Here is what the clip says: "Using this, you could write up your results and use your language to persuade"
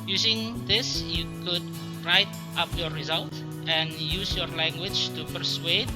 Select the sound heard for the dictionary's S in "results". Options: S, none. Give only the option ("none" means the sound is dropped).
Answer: none